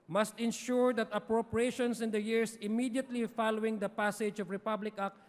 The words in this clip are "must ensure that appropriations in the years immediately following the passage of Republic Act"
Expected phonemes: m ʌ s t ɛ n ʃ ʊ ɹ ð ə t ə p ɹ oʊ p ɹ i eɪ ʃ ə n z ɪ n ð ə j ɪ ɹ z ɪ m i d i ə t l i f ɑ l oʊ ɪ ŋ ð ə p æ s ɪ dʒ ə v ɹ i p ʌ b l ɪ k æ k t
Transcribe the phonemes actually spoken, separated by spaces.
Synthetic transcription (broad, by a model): m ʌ s t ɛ n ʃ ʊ ɹ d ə t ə p ɹ oʊ p ɹ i eɪ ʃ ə n s ɪ n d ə j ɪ ɹ s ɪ m i d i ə t l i f ɑ l oʊ ɪ ŋ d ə p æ s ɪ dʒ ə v ɹ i p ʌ b l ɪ k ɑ k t